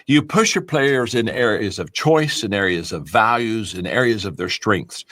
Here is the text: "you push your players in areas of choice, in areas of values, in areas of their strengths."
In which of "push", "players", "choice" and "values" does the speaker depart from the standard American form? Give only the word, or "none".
none